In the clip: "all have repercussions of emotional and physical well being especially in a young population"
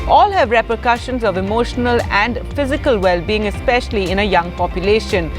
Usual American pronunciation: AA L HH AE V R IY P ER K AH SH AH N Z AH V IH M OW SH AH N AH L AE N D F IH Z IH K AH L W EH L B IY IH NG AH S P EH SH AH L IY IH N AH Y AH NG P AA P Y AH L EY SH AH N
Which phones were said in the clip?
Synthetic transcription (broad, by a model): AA L HH AE V R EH P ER K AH SH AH N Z AH V IH M OW SH AH N AH L AE N D F IH Z IH K AH L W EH L B IY IH NG AH S P EH SH AH L IY IH N AH Y AH NG P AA P Y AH L EY SH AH N